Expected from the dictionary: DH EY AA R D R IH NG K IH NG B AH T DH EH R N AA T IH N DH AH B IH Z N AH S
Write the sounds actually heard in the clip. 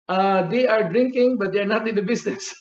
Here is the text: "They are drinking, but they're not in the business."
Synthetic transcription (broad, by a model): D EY AA R D R IH NG K IH NG B AH T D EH R N AA T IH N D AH B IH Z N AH S